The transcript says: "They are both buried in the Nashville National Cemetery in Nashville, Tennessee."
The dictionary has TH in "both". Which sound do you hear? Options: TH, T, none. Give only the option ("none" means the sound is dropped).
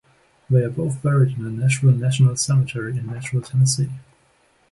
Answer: TH